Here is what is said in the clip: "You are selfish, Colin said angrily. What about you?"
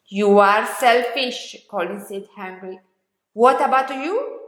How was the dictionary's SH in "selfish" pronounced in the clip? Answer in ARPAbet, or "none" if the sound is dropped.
SH